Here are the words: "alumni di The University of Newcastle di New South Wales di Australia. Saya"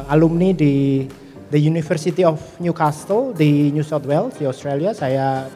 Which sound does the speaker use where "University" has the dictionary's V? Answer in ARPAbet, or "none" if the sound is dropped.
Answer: F